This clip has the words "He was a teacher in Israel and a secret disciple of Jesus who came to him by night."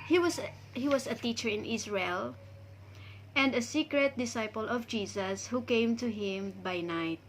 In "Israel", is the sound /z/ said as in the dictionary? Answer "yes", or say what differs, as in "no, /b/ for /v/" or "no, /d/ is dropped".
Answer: no, /s/ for /z/